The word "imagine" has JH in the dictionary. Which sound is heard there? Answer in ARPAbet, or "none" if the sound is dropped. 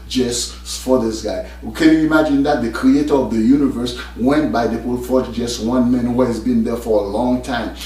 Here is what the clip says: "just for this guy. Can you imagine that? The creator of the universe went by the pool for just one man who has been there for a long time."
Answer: JH